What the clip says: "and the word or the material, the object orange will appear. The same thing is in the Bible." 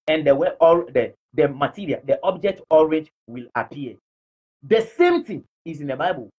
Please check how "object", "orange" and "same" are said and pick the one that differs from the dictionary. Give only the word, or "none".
orange